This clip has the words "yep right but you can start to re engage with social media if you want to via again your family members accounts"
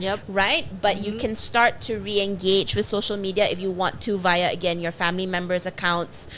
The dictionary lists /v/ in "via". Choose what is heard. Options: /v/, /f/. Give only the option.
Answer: /v/